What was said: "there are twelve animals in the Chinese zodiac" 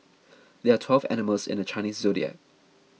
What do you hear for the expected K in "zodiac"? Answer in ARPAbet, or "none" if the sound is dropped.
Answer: none